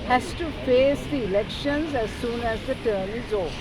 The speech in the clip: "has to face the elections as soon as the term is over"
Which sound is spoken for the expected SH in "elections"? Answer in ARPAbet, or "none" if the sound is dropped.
SH